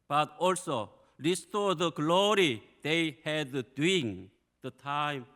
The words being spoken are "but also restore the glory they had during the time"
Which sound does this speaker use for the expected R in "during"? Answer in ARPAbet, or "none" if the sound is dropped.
none